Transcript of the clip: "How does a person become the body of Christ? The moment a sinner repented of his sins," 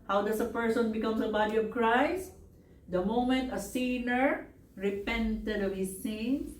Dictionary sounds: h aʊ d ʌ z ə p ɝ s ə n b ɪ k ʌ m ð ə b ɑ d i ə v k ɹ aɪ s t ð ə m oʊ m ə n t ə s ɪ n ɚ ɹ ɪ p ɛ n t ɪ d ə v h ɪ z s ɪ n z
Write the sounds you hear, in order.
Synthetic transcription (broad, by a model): h aʊ d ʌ s ə p ɝ s ə n b ɪ k ʌ m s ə b ɑ d i ə v k ɹ aɪ s t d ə m oʊ m ə n t ə s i n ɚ ɹ ɪ p ɛ n t ɪ d ə v h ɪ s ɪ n